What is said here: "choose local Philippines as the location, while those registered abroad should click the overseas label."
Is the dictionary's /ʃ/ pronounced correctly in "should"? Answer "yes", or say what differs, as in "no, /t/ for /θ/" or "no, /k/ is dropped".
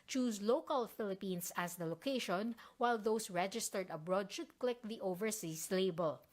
yes